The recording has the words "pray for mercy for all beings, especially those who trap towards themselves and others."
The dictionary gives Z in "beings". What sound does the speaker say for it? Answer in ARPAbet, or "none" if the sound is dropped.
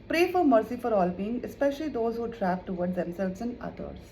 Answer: none